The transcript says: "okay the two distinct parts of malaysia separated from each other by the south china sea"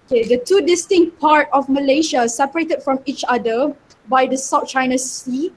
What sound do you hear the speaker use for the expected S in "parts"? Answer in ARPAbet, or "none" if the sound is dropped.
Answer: none